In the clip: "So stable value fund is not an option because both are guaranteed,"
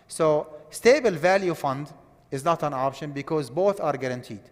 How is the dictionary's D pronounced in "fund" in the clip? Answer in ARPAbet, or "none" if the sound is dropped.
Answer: D